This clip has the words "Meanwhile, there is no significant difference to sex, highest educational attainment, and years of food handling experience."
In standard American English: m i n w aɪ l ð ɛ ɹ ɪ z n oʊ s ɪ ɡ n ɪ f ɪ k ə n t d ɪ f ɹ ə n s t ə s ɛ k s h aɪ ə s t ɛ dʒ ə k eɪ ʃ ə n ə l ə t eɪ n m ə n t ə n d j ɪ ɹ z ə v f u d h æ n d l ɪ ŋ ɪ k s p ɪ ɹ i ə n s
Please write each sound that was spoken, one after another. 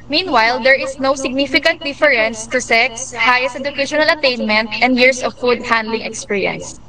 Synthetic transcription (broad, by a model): m i n w aɪ l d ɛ ɹ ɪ s n oʊ s ɪ ɡ n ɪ f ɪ k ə n t d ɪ f ɹ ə n s t ə s ɛ k s h aɪ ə s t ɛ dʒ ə k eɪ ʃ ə n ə l ə t eɪ n m ə n t ə n d j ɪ ɹ s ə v f u d h æ n d l ɪ ŋ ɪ k s p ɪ ɹ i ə n s